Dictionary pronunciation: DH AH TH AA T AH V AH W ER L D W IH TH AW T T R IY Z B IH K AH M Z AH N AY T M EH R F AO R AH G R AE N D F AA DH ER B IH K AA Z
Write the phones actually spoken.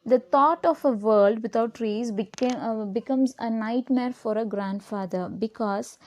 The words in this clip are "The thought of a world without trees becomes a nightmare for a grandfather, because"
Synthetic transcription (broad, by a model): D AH T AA T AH F AH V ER L D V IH T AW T T R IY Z B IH K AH M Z AH N AY T M EH R F AO R AH G R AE N D F AA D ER B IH K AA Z